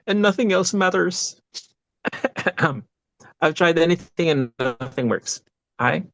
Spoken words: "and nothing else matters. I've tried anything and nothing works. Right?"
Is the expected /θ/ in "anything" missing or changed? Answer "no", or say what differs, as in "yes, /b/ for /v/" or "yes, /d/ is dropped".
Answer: no